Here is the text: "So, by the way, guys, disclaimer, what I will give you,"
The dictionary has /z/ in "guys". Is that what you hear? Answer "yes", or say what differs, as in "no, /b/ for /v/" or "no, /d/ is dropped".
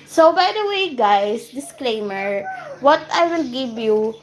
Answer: no, /s/ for /z/